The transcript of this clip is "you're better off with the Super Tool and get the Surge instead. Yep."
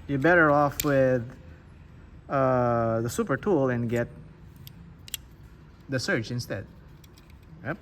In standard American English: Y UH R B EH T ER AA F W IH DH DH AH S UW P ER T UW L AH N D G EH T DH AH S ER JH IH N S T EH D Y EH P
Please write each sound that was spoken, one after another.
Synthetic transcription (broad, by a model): Y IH B EH T ER AA F W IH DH DH AH S UW P ER T UW L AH N G EH T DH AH S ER CH IH N S T EH D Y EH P